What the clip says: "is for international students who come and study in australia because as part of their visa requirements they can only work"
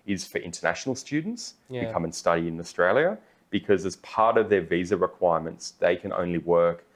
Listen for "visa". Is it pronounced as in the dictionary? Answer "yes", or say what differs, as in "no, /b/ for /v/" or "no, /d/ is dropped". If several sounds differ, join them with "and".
yes